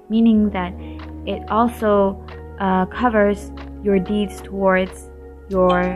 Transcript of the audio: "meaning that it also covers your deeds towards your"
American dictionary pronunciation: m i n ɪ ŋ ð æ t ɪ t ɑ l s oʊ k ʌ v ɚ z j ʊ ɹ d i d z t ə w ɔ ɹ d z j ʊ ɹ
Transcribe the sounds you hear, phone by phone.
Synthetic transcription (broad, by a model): m i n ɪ ŋ ð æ t ɪ t ɑ l s oʊ k ʌ v ɚ z j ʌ ɹ d i d z t ə w ɔ ɹ d z j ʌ ɹ